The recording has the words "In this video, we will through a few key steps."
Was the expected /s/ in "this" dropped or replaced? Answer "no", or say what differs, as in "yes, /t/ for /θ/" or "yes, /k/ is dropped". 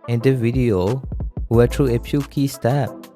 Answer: yes, /s/ is dropped